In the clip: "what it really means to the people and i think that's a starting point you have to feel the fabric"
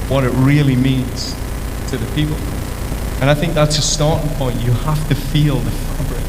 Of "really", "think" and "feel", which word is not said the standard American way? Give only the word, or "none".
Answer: none